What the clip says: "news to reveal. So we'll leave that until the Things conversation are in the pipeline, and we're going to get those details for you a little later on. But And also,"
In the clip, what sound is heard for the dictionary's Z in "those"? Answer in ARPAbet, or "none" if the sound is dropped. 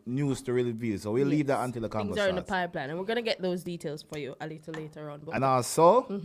Z